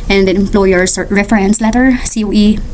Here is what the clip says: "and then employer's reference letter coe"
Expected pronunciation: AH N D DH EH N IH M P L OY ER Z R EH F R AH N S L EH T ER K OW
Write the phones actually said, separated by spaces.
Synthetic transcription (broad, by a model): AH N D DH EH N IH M P L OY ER S R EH F R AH N S L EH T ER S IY